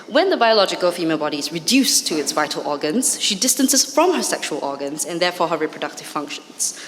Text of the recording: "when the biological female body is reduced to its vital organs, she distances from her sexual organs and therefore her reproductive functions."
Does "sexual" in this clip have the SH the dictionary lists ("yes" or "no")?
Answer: yes